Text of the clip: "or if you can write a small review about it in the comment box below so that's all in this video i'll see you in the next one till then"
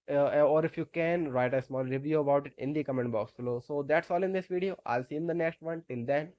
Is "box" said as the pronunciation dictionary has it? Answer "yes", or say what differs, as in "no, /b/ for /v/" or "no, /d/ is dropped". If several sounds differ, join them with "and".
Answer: yes